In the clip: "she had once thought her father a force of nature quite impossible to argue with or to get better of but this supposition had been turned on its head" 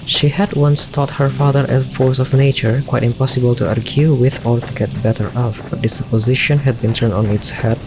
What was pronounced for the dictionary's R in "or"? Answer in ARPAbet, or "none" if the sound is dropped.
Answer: L